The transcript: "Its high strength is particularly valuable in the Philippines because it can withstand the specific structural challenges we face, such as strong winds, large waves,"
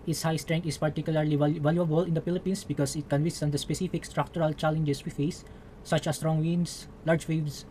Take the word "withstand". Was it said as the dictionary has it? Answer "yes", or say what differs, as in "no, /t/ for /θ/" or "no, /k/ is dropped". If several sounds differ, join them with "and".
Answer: no, /s/ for /θ/